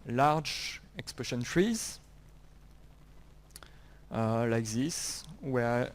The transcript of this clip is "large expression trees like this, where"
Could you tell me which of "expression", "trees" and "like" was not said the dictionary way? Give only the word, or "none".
expression